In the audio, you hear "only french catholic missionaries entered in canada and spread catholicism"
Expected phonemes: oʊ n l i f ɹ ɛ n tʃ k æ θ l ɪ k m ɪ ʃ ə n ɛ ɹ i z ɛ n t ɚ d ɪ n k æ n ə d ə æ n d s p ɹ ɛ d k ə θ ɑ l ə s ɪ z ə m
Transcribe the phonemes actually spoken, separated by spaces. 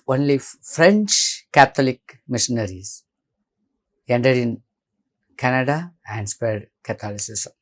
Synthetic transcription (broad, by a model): oʊ n l i f ɹ ɛ n tʃ k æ t l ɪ k m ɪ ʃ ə n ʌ ɹ i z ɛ n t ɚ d ɪ n k æ n ə d ə æ n d s p ɹ ɛ d k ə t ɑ l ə s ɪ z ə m